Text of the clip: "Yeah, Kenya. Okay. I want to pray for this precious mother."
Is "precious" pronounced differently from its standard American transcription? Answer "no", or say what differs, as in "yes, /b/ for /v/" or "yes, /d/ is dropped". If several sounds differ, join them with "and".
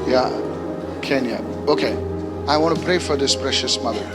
no